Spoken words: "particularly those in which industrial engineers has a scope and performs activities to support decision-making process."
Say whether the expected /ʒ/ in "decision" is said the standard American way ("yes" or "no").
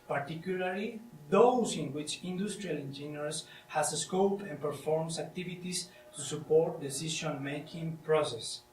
no